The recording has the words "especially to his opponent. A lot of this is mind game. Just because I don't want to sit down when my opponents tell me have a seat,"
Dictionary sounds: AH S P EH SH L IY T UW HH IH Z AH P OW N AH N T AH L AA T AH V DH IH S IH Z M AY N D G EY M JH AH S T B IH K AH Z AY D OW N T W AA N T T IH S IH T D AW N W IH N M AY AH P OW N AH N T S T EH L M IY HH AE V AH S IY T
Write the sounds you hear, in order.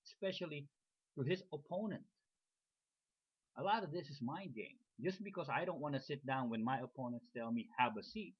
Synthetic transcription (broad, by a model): S P EH SH L IY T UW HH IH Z AH P OW N AH N T AH L AA T AH V DH IH S IH Z M AY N G EY M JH AH S B IH K AH Z AY D OW N T W AA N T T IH S IH T D AW N W IH N M AY AH P OW N AH N T S T EH L M IY HH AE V AH S IY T